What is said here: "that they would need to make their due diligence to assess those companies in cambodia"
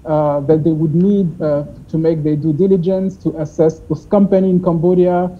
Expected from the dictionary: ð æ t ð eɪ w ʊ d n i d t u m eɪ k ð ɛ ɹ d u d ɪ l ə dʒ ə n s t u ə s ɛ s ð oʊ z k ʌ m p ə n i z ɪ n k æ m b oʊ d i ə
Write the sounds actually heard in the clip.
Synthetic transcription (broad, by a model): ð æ t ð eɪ w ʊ d n i d t u m eɪ k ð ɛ d u d ɪ l ə dʒ ə n s t u ə s ɛ s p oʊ s k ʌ m p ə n i ɪ n k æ m b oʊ d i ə